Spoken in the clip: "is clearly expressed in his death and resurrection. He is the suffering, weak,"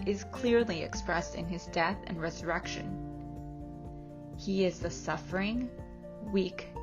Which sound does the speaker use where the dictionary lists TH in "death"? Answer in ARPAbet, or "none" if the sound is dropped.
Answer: TH